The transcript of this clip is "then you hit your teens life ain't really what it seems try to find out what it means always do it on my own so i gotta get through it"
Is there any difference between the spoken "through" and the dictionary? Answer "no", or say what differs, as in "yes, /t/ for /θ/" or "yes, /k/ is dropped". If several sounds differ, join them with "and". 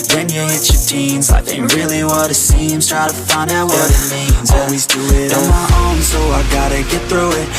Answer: no